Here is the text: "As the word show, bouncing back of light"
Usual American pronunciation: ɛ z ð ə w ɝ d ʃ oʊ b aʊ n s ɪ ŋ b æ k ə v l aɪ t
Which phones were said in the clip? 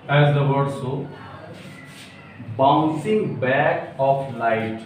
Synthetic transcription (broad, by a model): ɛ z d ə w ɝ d s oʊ b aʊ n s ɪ ŋ b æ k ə f l aɪ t